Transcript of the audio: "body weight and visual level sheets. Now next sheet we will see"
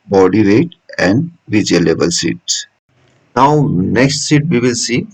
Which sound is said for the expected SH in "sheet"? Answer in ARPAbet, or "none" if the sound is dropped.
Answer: S